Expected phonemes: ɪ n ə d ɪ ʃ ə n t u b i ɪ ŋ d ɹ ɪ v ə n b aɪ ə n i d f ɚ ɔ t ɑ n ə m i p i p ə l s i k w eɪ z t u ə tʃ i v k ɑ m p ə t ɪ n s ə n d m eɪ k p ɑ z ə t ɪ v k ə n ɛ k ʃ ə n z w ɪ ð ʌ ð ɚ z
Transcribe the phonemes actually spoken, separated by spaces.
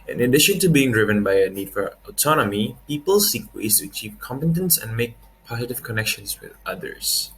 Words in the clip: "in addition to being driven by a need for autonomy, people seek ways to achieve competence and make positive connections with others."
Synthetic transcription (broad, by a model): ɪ n ə d ɪ ʃ ə n t u b i ɪ ŋ d ɹ ɪ v ə n b aɪ ə n i d f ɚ ɔ t ɑ n ə m i p i p ə l s i k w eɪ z t u ə tʃ i v k ɑ m p ə t ɪ n s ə n m eɪ k p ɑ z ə t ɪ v k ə n ɛ k ʃ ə n s w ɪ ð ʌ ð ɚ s